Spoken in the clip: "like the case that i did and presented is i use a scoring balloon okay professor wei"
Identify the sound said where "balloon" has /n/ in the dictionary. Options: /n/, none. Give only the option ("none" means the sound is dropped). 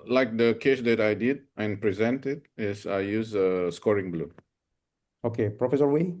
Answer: none